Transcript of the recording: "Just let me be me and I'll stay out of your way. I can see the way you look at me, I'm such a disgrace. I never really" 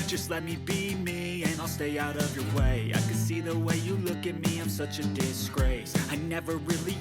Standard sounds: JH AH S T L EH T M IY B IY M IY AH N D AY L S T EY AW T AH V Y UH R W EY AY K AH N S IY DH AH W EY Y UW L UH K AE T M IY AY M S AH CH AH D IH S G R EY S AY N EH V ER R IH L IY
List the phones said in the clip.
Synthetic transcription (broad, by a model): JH AH S T L EH T M IY B IY M IY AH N AY L S T EY AW T AH V Y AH R W EY AY K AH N S IY DH AH W EY Y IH L UH K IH T M IY AY M S AH CH AH D IH S G R EY S AY N EH V ER R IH L IY